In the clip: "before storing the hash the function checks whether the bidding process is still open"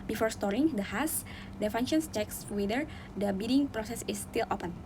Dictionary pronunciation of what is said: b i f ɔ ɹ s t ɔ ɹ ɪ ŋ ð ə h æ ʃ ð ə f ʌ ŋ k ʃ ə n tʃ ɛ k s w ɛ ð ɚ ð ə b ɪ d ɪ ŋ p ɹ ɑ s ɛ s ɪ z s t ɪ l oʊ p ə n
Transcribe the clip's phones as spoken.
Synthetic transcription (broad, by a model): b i f ɔ ɹ s t ɔ ɹ ɪ ŋ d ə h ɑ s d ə f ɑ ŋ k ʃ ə n tʃ ɛ k s w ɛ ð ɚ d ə b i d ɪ ŋ p ɹ ɑ s ɛ s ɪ s t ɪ l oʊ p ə n